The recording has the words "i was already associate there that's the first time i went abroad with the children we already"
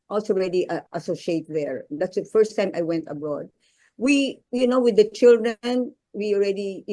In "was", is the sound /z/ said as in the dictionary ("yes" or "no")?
no